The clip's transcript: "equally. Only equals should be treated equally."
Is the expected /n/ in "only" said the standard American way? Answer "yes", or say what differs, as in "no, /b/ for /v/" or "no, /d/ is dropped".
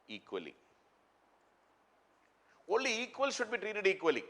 no, /n/ is dropped